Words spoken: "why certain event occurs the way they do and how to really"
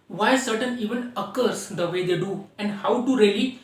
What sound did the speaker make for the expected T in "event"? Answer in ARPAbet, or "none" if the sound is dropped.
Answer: none